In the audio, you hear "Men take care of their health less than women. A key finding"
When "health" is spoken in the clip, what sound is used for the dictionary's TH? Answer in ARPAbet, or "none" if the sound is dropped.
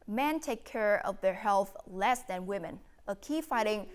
TH